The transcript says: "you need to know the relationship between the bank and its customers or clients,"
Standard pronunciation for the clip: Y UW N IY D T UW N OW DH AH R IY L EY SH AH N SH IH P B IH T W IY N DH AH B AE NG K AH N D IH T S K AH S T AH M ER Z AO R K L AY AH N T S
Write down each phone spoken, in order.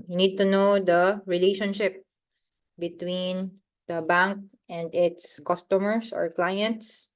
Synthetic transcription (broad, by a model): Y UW N IY D T UW N OW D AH R IY L EY SH AH N SH IH P B IH T W IY N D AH B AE NG K AH N D IH T S K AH S T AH M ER S AO R K L AY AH N T S